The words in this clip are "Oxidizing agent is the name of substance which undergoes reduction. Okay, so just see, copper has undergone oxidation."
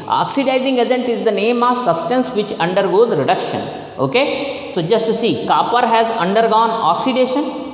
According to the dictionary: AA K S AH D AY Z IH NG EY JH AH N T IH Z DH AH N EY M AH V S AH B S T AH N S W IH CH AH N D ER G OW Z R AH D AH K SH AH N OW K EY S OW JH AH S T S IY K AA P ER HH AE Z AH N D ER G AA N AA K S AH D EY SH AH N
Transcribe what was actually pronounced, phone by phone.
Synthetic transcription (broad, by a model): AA K S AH D AY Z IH NG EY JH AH N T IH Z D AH N EY M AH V S AH B S T AH N S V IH CH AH N D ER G OW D R AH D AH K SH AH N OW K EY S OW JH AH S T S IY K AA P ER HH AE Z AH N D ER G AA N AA K S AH D EY SH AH N